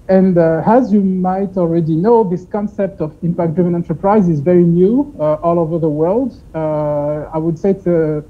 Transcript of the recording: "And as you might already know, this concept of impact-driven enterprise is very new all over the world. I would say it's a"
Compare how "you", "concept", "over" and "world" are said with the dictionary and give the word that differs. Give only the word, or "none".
none